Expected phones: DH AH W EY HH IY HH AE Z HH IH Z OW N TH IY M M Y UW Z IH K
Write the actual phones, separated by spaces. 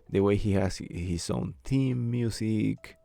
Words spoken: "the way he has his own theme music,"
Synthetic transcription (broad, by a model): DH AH W EY HH IY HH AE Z HH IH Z OW N T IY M M Y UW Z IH K